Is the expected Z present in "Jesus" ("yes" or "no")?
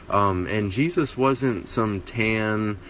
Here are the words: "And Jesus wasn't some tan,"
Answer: yes